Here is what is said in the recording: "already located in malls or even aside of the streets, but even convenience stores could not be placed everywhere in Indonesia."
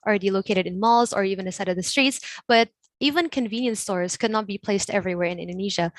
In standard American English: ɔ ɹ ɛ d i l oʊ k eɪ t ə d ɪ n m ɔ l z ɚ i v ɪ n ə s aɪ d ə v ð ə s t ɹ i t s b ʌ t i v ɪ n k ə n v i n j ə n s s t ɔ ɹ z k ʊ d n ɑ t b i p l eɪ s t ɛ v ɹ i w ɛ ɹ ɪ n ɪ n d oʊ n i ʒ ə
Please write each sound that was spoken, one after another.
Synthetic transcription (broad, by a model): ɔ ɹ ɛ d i l oʊ k eɪ t ə d ɪ n m ɔ l z ɚ i v ɪ n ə s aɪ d ə v ð ə s t ɹ i t s b ʌ t i v ɪ n k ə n v i n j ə n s s t ɔ ɹ z k ʊ d n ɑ t b i p l eɪ s t ɛ v ɹ i w ɛ ɹ ɪ n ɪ n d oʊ n i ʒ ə